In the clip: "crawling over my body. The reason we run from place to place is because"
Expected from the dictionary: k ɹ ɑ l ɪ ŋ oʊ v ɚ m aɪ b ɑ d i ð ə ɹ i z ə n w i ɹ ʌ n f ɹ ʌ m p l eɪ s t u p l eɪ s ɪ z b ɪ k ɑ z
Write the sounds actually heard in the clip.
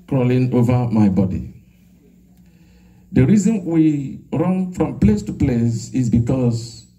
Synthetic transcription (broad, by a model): k ɹ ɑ l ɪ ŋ oʊ v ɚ m aɪ b ɑ d i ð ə ɹ i z ə n w i ɹ ʌ n f ɹ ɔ m p l eɪ s t u p l eɪ s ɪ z b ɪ k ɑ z